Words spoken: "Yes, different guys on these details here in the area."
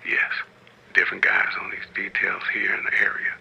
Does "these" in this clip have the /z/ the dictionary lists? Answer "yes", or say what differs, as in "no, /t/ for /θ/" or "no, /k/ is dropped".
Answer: yes